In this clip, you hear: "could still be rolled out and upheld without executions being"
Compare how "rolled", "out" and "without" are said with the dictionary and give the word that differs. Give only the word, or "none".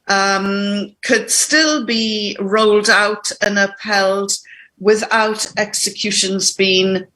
none